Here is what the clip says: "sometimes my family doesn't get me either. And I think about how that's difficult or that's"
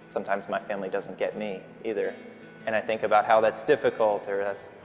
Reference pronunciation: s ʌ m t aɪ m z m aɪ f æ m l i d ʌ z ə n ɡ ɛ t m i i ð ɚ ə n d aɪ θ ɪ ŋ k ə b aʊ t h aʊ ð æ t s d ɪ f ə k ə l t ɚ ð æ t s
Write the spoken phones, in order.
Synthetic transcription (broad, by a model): s ʌ m t aɪ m z m aɪ f æ m l i d ʌ z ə n ɡ ɛ t m i i ð ɚ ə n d aɪ θ ɪ ŋ k ə b aʊ t h aʊ ð æ t s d ɪ f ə k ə l t ɚ ð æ t s